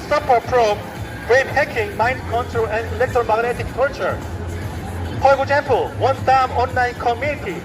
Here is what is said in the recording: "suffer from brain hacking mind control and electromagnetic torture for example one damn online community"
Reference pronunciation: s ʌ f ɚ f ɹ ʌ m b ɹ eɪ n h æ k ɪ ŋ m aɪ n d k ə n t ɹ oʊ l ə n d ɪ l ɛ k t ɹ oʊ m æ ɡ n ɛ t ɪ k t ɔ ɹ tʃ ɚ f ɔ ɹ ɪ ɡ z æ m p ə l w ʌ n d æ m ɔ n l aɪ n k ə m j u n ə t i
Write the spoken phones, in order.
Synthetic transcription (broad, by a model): s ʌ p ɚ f ɹ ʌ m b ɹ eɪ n h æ k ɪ ŋ m aɪ n d k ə n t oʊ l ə n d ɪ l ɛ k t ɹ oʊ m æ ɡ n ɛ t ɪ k t ɔ ɹ tʃ ɚ p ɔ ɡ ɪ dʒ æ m p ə l w ʌ n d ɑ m ɔ n l aɪ n k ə m j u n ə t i